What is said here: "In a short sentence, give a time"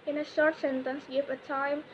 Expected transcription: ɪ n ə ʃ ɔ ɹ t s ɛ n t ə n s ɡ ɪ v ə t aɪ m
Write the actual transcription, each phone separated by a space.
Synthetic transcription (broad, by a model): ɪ n ə ʃ ɔ ɹ t s ɛ n t ə n s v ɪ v ə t aɪ m